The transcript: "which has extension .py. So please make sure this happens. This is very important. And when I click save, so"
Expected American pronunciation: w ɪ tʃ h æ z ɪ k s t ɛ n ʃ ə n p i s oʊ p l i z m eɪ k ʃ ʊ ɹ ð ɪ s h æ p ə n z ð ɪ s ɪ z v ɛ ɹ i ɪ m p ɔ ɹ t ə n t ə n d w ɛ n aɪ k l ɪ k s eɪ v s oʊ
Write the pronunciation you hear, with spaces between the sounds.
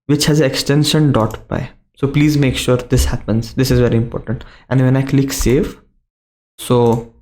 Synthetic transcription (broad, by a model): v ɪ tʃ h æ z ɪ k s t ɛ n ʃ ə n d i s oʊ p l i z m eɪ k ʃ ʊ ɹ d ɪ s h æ p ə n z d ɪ s ɪ z v ɛ ɹ i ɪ m p ɔ ɹ t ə n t ə n d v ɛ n aɪ k l ɪ k s eɪ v s oʊ